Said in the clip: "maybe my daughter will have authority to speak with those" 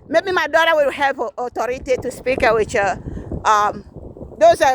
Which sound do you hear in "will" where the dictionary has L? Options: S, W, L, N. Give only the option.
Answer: W